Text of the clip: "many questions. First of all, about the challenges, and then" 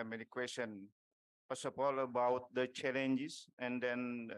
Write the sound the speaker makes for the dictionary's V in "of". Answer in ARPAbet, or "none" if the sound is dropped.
P